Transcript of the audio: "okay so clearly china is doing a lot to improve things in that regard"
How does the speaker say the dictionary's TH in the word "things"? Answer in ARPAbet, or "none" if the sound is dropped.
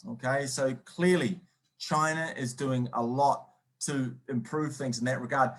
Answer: TH